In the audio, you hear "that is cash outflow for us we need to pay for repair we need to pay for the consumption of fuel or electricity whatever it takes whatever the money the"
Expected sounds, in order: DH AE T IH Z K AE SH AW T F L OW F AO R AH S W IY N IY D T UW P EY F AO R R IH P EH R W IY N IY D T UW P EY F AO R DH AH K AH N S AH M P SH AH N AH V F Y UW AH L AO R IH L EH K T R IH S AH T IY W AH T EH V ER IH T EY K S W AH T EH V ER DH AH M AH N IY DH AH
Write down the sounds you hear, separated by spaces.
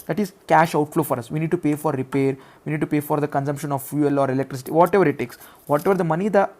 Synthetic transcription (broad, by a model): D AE T IH Z K AE SH AW T F L OW F AO R AH S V IY N IY D T UW P EY F AO R R IH P EH R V IY N IY D T UW P EY F AO R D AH K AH N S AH M P SH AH N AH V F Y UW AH L AO R IH L EH K T R IH S AH T IY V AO T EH V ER IH T EY K S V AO T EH V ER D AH M AH N IY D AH